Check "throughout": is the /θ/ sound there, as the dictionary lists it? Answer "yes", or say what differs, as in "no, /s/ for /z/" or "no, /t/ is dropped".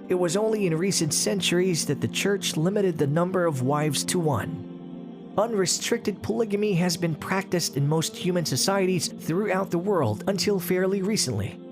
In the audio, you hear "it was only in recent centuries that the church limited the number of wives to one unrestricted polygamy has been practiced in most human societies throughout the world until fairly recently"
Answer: yes